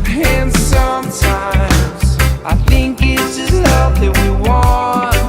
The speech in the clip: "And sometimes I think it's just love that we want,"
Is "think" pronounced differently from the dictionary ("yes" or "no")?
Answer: no